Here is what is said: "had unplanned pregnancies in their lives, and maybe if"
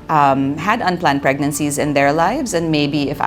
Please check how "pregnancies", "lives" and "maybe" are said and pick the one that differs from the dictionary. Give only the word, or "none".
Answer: none